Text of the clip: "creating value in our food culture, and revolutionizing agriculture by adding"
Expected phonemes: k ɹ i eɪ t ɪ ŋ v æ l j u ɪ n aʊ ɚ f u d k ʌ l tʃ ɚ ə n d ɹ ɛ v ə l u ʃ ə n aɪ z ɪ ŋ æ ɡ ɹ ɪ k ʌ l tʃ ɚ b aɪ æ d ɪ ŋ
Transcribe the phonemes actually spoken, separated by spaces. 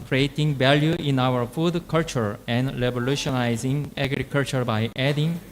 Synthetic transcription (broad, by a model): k ɹ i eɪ t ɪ ŋ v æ l j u ɪ n aʊ ɚ f u d k ʌ l tʃ ɚ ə n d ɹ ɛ b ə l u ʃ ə n aɪ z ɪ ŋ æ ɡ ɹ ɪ k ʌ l tʃ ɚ b aɪ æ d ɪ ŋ